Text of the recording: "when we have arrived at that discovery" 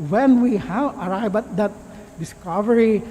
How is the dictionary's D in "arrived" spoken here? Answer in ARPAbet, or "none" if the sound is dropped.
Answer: none